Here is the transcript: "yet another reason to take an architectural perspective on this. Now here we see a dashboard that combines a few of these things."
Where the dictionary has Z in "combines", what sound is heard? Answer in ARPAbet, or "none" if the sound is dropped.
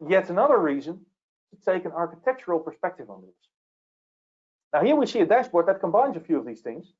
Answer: Z